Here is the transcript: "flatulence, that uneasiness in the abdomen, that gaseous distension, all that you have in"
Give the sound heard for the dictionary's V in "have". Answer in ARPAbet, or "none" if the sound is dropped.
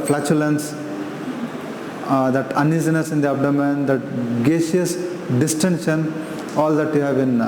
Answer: B